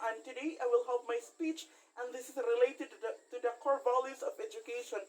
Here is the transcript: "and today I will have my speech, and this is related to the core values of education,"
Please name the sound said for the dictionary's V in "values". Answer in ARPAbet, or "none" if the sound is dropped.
B